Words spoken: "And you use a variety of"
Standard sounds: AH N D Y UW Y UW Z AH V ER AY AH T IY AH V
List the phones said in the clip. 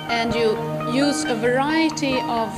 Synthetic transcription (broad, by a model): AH N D Y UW Y UW Z AH V ER AY AH T IY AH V